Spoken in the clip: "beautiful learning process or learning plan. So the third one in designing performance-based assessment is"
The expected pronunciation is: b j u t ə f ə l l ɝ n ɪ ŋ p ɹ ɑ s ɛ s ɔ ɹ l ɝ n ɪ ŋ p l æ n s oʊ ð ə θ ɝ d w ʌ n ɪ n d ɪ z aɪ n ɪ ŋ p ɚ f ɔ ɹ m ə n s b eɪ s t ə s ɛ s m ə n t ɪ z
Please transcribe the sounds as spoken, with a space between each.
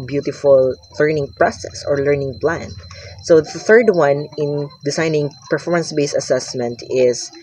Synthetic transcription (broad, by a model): b j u t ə f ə l l ɝ n ɪ ŋ p ɹ ɑ s ɛ s ɔ ɹ l ɝ n ɪ ŋ p l æ n s oʊ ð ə θ ɝ d w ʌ n ɪ n d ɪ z aɪ n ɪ ŋ p ɚ f ɔ ɹ m ə n s b eɪ s ə s ɛ s m ə n t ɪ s